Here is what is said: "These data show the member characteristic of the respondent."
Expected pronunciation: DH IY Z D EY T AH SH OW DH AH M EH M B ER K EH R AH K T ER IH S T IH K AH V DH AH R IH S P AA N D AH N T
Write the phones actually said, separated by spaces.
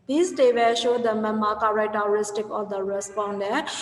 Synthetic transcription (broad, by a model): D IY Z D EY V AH SH OW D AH M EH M AA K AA R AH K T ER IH S T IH K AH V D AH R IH S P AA N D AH